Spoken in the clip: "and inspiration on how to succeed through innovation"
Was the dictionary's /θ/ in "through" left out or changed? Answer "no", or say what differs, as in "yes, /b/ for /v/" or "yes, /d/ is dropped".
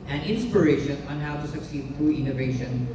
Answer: yes, /f/ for /θ/